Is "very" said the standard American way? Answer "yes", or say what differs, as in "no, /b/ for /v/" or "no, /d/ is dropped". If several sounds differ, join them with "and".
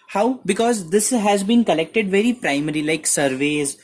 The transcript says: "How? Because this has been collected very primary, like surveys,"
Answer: yes